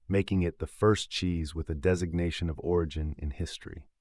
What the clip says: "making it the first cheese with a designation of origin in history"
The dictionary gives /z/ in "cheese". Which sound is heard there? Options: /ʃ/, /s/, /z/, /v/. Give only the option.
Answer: /z/